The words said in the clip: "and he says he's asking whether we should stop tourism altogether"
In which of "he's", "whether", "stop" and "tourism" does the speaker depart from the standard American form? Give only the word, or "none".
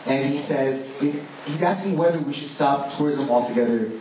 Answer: none